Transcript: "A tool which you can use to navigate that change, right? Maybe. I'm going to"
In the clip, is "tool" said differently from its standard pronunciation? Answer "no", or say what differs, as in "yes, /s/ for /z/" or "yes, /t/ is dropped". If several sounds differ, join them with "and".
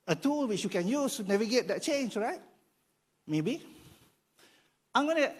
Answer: no